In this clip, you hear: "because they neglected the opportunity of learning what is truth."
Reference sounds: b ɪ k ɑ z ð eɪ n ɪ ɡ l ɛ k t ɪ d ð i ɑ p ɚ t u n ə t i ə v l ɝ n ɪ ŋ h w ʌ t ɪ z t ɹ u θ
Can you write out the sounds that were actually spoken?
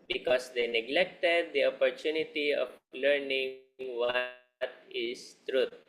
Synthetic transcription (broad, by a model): b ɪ k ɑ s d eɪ n ɪ ɡ l ɛ k t ɪ d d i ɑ p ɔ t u n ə t i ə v l ɝ n ɪ ŋ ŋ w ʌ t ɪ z t ɹ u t